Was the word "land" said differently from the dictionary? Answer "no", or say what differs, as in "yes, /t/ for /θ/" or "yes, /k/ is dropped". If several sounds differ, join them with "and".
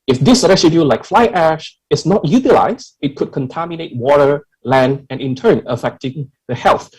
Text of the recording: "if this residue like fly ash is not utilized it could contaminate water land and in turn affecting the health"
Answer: no